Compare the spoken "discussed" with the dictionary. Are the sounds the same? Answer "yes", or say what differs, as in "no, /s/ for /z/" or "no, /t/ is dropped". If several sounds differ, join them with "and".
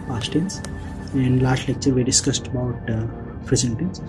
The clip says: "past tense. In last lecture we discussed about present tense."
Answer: yes